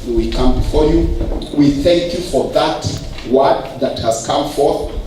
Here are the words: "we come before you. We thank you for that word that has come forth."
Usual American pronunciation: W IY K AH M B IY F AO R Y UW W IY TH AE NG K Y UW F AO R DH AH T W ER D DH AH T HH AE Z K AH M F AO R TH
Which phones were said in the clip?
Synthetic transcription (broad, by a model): W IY K AH M B IY F AO R Y UW W IY TH AE NG K Y UW F AO R DH AH T W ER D DH AH T HH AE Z K AH M F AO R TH